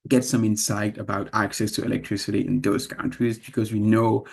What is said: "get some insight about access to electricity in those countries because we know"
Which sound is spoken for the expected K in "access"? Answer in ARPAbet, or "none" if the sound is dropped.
K